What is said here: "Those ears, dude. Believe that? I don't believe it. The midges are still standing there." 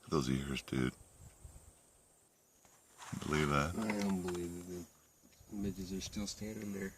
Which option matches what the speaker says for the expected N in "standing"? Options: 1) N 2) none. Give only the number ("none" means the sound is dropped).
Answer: 2